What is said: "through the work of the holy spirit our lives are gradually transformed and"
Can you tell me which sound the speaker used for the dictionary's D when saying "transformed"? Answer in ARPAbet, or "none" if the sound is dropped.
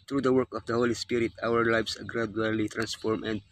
none